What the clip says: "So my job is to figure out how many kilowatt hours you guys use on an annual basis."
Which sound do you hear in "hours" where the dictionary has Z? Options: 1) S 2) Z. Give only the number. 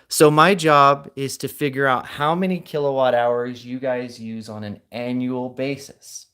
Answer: 2